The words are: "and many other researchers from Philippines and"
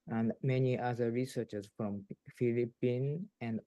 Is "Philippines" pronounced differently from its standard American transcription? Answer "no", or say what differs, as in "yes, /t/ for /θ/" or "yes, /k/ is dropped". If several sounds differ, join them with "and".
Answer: yes, /z/ is dropped